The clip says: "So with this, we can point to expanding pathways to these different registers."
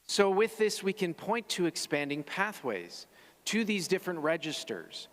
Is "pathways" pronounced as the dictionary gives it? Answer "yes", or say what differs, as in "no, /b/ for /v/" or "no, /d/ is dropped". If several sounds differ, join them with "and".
yes